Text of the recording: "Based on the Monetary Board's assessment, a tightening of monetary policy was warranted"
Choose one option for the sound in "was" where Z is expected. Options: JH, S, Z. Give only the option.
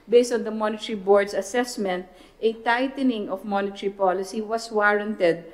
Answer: S